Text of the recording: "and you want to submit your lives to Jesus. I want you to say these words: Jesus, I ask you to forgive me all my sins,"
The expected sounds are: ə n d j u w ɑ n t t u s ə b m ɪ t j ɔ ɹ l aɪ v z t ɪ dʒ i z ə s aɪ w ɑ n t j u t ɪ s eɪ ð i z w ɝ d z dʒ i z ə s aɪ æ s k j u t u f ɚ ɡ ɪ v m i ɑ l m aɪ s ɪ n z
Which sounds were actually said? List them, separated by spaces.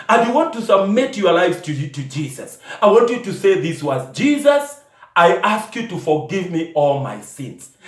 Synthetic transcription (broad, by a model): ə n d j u w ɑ n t t u s ə b m ɪ t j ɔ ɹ l aɪ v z t ɪ dʒ i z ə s aɪ w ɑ n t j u t ɪ s eɪ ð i s w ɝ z dʒ i z ə s aɪ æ s k j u t u f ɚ ɡ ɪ v m i ɑ l m aɪ s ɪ n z